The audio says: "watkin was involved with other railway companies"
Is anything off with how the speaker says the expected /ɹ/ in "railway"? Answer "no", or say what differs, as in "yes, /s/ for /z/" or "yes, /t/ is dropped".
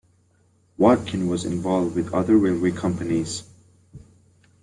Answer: yes, /w/ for /ɹ/